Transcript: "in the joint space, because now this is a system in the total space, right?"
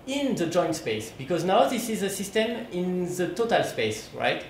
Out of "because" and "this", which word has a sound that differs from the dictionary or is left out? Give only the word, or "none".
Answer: none